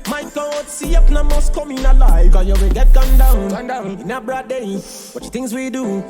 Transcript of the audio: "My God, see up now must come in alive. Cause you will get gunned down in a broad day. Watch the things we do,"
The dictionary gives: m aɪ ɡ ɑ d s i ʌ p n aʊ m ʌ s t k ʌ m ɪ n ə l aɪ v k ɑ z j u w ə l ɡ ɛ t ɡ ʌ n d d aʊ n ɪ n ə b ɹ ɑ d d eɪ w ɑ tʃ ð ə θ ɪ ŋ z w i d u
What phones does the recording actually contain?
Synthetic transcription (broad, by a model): m aɪ ɡ ɑ d s i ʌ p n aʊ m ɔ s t k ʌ m ɪ n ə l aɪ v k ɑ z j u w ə n ɡ ɛ t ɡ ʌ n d d aʊ n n ə b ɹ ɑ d d eɪ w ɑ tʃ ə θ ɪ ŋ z w i d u